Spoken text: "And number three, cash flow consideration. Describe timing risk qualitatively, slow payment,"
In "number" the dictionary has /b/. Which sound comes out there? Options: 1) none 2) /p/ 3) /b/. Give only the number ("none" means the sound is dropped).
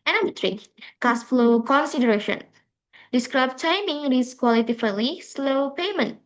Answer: 1